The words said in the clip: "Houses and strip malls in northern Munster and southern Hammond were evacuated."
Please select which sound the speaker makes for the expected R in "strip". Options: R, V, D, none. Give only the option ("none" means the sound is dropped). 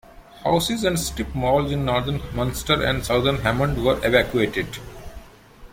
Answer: none